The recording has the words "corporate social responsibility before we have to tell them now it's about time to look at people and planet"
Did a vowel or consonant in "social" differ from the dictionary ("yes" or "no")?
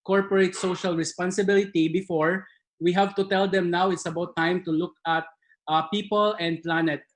no